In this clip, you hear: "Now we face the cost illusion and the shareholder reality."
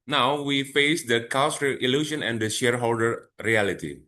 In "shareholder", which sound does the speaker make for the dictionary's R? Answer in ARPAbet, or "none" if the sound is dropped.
R